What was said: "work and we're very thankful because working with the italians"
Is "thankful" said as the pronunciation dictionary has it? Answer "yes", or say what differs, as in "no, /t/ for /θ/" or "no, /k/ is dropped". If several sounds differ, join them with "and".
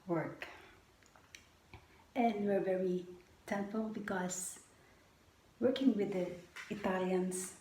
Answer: no, /t/ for /θ/